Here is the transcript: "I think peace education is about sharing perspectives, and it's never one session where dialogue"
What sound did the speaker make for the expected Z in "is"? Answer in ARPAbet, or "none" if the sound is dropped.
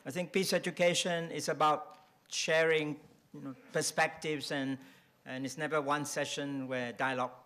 S